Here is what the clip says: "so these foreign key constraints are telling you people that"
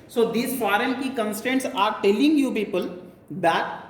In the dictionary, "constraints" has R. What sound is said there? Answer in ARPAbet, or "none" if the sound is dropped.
none